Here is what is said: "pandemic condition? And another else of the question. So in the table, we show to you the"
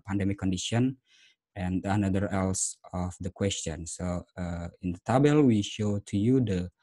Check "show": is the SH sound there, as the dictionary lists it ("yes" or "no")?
yes